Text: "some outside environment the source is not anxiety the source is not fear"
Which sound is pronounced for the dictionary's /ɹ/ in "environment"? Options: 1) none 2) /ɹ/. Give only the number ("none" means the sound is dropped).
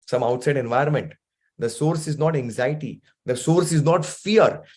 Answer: 1